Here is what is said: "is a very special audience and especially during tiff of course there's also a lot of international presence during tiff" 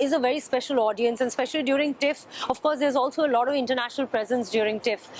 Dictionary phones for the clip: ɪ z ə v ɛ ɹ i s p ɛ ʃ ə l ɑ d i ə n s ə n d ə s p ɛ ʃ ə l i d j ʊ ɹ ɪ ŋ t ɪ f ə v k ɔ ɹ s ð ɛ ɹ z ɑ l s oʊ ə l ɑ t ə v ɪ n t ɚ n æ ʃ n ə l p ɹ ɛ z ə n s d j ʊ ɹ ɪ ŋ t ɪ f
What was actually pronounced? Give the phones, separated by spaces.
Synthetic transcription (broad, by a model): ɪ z ə v ɛ ɹ i s p ɛ ʃ ə l ɑ d i ə n s ə n d s p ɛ ʃ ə l i d j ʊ ɹ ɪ ŋ t ɪ f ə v k ɔ ɹ s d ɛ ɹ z ɑ l s oʊ ə l ɑ t ə v ɪ n t ɚ n æ ʃ n ə l p ɹ ɛ z ə n s d j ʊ ɹ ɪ ŋ t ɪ f